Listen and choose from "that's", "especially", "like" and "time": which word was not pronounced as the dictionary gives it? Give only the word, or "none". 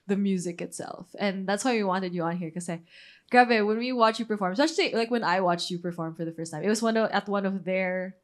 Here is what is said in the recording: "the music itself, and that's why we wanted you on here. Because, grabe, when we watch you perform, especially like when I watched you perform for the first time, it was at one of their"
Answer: especially